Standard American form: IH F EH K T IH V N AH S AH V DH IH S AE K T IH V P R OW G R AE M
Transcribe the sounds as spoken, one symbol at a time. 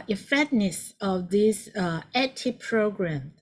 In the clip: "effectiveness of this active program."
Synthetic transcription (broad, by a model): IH F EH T N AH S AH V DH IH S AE T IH P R OW G R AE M